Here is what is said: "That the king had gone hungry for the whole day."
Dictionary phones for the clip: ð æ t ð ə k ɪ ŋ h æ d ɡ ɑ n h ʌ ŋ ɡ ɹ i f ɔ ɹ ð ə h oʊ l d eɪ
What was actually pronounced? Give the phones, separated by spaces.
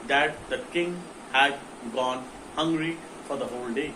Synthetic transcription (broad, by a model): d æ t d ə k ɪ ŋ h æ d ɡ ɑ n h ʌ ŋ ɡ ɹ i f ɔ ɹ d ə h oʊ l d eɪ